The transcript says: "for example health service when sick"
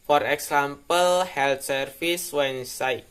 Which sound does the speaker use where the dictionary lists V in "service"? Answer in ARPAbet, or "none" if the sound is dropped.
F